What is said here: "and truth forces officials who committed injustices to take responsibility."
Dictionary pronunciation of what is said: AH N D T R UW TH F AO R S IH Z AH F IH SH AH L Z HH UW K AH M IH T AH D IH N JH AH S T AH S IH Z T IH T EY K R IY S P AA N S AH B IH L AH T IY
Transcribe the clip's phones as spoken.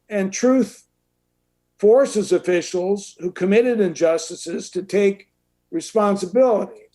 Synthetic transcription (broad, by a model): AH N T R UW TH F AO R S IH Z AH F IH SH L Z HH UW K AH M IH T AH D IH N JH AH S T AH S IH Z T IH T EY K R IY S P AA N S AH B IH L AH T IY